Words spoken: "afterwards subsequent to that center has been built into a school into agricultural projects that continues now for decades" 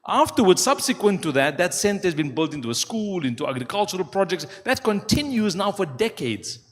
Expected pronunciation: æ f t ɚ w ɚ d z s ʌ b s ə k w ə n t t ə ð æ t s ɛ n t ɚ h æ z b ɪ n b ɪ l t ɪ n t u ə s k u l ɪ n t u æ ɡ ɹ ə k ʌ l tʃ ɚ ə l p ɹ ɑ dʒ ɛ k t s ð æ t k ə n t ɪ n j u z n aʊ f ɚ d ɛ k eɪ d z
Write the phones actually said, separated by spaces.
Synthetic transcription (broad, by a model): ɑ f t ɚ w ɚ d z s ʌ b s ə k w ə n t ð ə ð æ t s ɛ n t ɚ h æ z b ɪ n b ɪ l t ɪ n t u ə s k u l ɪ n t u æ ɡ ɹ ə k ʌ l tʃ ɚ ə l p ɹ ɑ dʒ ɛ k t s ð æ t k ə n t ɪ n j u z n aʊ f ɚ d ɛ k eɪ d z